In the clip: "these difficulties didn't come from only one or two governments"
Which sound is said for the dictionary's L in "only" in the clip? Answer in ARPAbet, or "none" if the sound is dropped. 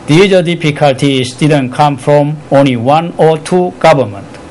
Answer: L